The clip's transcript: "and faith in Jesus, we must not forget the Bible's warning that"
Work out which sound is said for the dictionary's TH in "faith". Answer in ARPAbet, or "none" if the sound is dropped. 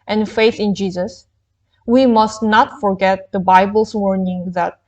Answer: TH